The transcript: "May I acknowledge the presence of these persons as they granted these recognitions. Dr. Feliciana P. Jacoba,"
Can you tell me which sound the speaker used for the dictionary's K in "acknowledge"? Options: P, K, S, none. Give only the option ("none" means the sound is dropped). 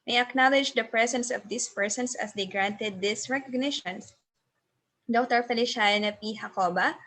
K